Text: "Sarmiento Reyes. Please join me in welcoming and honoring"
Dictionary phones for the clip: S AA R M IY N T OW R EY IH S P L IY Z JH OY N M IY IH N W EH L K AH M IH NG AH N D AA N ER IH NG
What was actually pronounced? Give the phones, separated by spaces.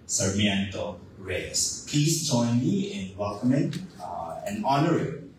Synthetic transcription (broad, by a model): S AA R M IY N T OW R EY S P L IY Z JH OY N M IY IH N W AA K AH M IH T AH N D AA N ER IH